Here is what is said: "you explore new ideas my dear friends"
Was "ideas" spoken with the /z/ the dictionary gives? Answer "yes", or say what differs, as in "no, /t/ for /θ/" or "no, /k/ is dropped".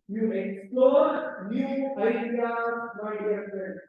no, /z/ is dropped